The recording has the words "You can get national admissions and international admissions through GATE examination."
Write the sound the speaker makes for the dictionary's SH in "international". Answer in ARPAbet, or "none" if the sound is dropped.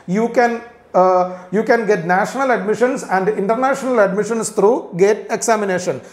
SH